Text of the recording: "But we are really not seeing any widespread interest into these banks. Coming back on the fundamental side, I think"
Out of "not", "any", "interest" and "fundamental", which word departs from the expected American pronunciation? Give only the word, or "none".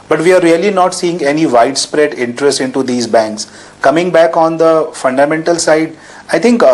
none